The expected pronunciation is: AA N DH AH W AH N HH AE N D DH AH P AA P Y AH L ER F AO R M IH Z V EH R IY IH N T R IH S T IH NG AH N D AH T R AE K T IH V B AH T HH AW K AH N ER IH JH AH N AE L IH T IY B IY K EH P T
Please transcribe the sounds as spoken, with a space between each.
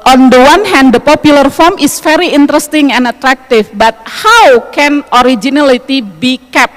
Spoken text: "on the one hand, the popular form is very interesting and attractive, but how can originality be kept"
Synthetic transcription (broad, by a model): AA N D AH W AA N HH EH N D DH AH P AA P Y AH L ER F AO R M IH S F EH R IY IH N T R IH S T IH NG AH N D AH T R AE K T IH F B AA T HH AW K AH N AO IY JH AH N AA L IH T IY B IY K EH P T